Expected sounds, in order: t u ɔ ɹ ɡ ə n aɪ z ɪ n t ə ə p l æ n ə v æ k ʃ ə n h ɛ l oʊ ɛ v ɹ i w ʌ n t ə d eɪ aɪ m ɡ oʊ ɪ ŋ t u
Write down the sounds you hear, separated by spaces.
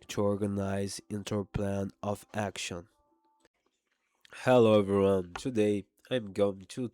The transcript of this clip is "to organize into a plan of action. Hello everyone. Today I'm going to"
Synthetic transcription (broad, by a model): t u ɔ ɹ ɡ ə n aɪ z ɪ n t ə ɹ p l æ n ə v æ k ʃ ə n h ɛ l oʊ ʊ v i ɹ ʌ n t ə d eɪ aɪ m ɡ oʊ ɪ ŋ t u